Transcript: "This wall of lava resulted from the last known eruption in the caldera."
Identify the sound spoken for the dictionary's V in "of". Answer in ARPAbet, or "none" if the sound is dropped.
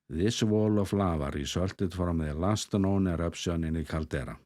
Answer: F